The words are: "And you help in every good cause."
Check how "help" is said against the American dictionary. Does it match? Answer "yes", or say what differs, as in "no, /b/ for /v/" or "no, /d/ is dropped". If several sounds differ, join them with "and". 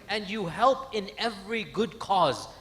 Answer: yes